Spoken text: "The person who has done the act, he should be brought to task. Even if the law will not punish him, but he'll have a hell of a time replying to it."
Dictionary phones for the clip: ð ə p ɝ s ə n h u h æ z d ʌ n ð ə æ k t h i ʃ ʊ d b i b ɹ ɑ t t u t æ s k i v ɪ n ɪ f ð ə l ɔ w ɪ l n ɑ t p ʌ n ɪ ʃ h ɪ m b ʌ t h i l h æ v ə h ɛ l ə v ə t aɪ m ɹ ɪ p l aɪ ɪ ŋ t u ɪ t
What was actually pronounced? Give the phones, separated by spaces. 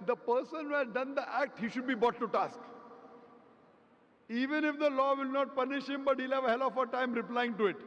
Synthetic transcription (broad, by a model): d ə p ɝ s ə n h u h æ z d ʌ n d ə æ k t h i ʃ ʊ d b i b ɑ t t u t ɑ s k i v ɪ n ɪ f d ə l ɔ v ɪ l n ɑ t p ʌ n ɪ ʃ h ɪ m b ʌ t h i l h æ v ə h ɛ l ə f ə t aɪ m ɹ ɪ p l aɪ ɪ ŋ t u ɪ t